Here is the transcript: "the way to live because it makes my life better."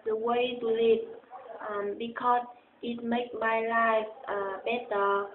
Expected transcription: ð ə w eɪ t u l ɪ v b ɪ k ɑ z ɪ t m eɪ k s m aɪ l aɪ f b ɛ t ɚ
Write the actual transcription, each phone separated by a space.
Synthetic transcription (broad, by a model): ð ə w eɪ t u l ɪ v b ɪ k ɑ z ɪ t m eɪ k m aɪ l aɪ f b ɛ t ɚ